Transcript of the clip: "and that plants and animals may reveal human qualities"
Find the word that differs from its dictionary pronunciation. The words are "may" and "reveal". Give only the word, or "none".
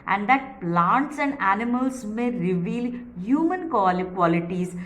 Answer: none